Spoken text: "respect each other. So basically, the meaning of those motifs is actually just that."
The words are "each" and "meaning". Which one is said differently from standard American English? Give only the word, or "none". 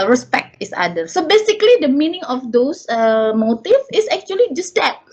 each